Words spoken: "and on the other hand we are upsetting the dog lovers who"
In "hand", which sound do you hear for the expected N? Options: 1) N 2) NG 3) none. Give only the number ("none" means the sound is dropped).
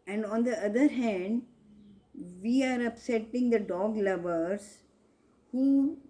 1